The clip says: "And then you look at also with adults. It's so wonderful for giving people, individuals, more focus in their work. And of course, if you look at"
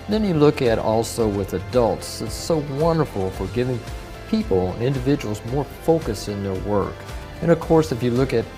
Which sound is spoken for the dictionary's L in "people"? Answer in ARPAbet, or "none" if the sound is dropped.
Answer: N